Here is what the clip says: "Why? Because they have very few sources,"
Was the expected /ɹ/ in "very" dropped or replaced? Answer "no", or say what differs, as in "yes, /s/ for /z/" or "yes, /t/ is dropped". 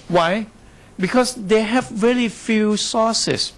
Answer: yes, /l/ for /ɹ/